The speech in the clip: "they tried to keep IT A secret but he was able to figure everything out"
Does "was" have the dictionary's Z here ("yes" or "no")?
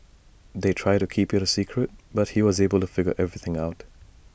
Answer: yes